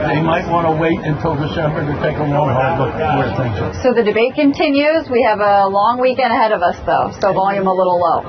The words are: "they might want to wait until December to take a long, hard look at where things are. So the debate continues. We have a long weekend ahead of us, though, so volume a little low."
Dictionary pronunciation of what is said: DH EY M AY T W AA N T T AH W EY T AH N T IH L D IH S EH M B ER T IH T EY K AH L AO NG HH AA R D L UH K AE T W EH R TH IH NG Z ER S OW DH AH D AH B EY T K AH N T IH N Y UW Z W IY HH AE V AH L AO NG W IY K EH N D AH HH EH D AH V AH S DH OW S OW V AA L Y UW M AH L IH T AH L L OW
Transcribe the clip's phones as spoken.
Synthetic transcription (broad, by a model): DH EY M AY T W AA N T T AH W EY T AH N T IH L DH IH SH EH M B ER T IH T EY K AH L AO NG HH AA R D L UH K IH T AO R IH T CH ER S OW DH AH D AH B EY T K AH N T IH N Y UW Z W IY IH V AH L AO NG W IY K EH N D AH HH EH D AH V AH S DH OW S OW V AA L Y UW M AH L IH T L L OW